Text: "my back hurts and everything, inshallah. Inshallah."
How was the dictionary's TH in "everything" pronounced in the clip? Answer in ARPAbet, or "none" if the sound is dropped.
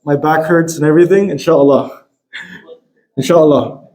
TH